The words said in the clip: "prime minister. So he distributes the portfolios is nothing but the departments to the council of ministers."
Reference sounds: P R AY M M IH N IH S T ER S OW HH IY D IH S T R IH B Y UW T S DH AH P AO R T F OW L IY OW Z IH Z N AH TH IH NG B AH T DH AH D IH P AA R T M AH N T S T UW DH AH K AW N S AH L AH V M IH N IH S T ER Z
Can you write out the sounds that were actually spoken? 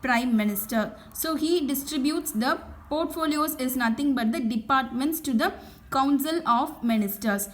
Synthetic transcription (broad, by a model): P R AY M M IH N IH S T ER S OW HH IY D IH S T R IH B Y UW T S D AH P AO R T F OW L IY OW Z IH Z N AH T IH NG B AH T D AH D IH P AA R T M AH N T S T UW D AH K AW N S AH L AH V M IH N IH S T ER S